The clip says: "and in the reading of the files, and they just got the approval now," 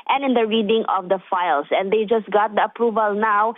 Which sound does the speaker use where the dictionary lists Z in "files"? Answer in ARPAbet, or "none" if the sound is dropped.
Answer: S